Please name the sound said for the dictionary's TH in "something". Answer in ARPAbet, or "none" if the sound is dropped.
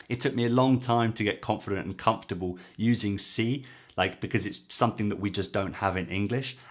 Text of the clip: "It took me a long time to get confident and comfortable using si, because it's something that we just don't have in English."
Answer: TH